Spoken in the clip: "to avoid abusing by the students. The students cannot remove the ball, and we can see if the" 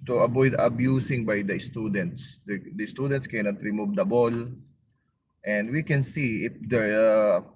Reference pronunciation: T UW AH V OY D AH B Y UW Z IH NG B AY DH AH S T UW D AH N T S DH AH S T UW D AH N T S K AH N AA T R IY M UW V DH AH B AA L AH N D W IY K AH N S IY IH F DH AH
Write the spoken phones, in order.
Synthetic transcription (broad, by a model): T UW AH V OY D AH B Y UW S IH NG B AY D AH S T UW D AH N T S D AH S T UW D AH N T S K AH N AA T R IY M UW V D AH B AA L AH N D W IY K AH N S IY IH F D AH